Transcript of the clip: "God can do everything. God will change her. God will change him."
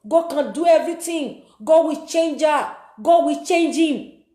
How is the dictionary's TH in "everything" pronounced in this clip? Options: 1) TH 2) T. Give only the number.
2